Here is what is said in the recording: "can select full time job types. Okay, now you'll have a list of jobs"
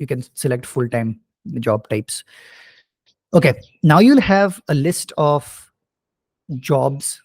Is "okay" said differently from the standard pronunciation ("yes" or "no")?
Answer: no